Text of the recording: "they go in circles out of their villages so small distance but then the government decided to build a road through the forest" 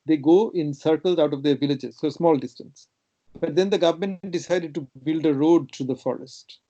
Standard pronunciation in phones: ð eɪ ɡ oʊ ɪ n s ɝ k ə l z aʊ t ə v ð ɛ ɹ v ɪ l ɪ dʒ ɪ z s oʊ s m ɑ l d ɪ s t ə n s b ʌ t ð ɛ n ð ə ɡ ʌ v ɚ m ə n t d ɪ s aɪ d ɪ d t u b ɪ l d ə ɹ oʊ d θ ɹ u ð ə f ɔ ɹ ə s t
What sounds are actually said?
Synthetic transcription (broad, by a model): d eɪ ɡ oʊ ɪ n s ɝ k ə l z aʊ t ə v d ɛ ɹ v ɪ l ɪ dʒ ɪ z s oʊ s m ɑ l d ɪ s t ə n s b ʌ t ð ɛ n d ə ɡ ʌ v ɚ m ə n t d ɪ s aɪ d ɪ d t u b ɪ l d ə ɹ oʊ d t ɹ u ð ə f ɔ ɹ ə s t